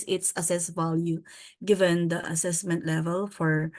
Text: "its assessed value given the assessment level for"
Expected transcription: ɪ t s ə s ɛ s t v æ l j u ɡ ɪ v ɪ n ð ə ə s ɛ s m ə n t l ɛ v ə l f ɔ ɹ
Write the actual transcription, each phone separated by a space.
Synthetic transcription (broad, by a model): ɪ t s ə s ɛ s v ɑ l j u ɡ ɪ v ɪ n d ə ə s ɛ s m ə n t l ɛ v ə l f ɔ ɹ